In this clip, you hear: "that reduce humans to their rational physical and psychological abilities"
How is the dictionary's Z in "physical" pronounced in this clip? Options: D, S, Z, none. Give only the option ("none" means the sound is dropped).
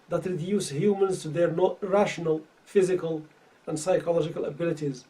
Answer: Z